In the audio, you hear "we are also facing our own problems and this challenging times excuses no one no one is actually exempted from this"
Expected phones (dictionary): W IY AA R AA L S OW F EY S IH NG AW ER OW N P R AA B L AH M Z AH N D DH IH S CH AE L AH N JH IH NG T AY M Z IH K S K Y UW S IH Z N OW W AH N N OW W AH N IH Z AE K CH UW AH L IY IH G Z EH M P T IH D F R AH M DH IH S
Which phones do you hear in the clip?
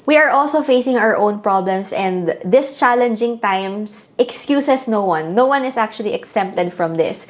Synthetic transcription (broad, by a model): W IY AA R AA L S OW F EY S IH NG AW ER OW N P R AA B L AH M S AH N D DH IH S CH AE L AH N JH IH NG T AY M S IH K S K Y UW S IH S N OW W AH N N OW W AH N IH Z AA K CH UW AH L IY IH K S EH M P T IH D F R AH M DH IH S